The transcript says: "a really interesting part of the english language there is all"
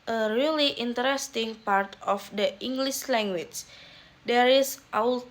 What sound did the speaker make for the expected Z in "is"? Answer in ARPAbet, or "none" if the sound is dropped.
S